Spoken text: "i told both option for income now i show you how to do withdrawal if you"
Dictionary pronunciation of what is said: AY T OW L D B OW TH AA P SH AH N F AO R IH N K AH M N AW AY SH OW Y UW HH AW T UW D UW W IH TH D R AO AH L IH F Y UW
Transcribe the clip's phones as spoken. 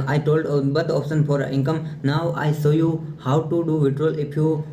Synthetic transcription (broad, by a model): AY T OW L D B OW T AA P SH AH N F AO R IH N K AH M N AW AY S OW Y UW HH AW T UW D UW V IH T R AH L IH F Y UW